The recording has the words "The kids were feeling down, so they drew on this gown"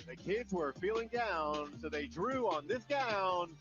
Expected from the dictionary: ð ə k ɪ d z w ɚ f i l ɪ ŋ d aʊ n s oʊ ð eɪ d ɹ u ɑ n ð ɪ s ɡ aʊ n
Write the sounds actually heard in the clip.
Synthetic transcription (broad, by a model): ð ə k ɪ d z w ɚ f i l ɪ ŋ d aʊ n s oʊ ð eɪ d ɹ u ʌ n ð ɪ s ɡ aʊ n